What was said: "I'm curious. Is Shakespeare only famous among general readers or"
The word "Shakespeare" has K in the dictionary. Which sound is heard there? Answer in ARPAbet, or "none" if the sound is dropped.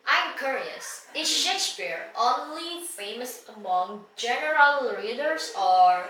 none